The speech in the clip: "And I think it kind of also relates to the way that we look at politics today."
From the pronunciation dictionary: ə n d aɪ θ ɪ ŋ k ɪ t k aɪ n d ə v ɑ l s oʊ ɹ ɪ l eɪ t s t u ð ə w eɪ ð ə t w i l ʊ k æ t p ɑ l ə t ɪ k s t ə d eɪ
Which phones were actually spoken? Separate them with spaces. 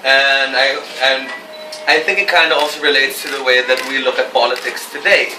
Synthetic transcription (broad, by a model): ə n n aɪ θ ɪ ŋ k ɪ t k aɪ n d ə ɑ l s oʊ ɹ ɪ l eɪ t s t u ð ə w eɪ ð ə t w i l ʊ k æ t p ɑ l ə t ɪ k s t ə d eɪ